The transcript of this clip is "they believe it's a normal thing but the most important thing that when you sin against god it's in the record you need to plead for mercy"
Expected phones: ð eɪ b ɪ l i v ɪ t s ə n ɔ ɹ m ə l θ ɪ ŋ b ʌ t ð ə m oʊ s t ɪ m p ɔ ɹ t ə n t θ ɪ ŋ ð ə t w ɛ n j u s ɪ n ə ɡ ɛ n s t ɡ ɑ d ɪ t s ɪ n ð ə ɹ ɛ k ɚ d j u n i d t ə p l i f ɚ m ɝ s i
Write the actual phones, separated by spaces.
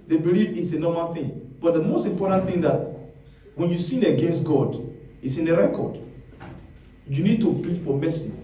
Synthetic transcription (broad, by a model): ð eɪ b ɪ l i v ɪ t s ə n ɔ m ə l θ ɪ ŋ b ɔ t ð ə m oʊ s t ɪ m p ɔ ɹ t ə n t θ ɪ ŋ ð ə t w ɛ n j u s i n ə ɡ ɛ n s t ɡ ɑ d ɪ t s ɪ n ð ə ɹ ɛ k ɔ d j u n i d t ə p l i f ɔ m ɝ s i